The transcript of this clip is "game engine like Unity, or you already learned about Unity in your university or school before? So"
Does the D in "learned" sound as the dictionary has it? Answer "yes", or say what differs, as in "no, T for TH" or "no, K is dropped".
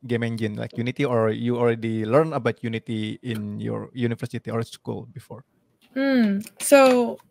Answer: no, D is dropped